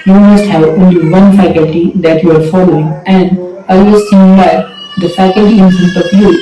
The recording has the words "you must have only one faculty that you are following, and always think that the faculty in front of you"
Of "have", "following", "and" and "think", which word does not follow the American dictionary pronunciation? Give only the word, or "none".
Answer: think